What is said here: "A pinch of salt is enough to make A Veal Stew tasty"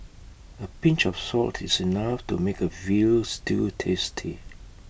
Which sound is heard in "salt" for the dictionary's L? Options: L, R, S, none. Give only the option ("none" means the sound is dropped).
L